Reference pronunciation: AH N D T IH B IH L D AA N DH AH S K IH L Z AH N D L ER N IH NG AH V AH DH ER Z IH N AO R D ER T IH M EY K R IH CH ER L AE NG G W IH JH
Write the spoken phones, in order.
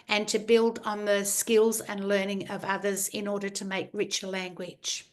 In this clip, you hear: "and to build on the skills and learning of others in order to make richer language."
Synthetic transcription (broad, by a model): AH N T IH B IH L D N DH AH S K IH L Z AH N L ER N IH NG AH V AH DH ER Z IH N AO R D ER T IH M EY K R IH CH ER L AE NG G W IH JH